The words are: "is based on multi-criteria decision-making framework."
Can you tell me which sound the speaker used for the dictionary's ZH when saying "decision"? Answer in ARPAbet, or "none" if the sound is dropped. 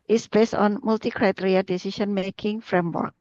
S